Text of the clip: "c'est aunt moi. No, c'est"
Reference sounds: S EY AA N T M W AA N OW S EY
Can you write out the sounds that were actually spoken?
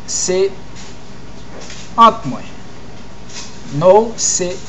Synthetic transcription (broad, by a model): S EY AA T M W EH N OW S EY